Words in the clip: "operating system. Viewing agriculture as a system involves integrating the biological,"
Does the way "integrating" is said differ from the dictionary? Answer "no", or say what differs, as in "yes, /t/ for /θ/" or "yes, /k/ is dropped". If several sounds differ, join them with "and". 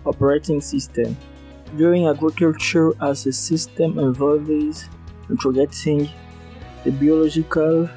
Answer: yes, /ɹ/ is dropped